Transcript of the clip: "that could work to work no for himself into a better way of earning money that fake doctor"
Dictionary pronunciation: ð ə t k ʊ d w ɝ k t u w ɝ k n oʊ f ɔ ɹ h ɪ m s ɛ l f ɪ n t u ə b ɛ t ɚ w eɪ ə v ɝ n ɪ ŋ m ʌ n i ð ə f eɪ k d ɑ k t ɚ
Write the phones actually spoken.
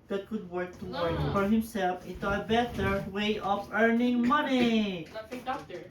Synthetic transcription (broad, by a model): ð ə t k ʊ d w ɝ k t u w ɝ k f ɔ ɹ h ɪ m s ɛ l f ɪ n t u ə b ɛ t ɚ w eɪ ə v ɝ n ɪ ŋ m ʌ n i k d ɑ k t